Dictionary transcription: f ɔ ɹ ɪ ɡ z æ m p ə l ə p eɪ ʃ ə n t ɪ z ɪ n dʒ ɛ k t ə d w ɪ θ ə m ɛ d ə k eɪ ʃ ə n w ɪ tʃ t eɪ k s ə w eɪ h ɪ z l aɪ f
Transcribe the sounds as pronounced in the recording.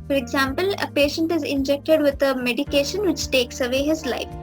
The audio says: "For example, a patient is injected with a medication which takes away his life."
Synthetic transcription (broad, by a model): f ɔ ɹ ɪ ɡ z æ m p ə l ə p eɪ ʃ ə n t ɪ z ɪ n dʒ ɛ k t ə d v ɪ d ə m ɛ d ə k eɪ ʃ ə n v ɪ tʃ t eɪ k s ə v eɪ h ɪ z l aɪ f